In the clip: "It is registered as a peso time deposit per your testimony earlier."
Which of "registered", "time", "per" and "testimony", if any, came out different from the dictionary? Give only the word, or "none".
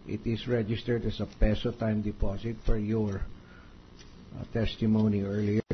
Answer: per